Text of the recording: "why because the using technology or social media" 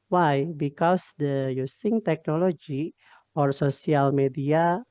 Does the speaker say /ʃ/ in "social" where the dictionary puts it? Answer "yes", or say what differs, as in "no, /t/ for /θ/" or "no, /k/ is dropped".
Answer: no, /s/ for /ʃ/